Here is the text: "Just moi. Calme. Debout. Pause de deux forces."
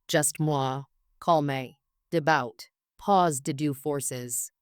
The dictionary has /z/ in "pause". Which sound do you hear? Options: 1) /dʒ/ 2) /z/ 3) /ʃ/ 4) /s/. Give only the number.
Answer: 2